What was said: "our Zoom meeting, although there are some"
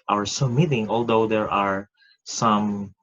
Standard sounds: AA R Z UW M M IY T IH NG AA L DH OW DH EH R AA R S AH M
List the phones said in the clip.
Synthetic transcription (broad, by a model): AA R S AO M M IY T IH NG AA L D OW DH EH R AA R S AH M